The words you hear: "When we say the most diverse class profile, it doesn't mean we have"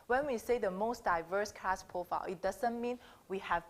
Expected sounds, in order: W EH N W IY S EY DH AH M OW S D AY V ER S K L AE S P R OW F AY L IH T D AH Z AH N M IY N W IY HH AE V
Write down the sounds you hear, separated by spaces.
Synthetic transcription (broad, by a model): W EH N W IY S EY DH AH M OW S D AY V ER S K AE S P R OW F AY L IH T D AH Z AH N M IY N W IY HH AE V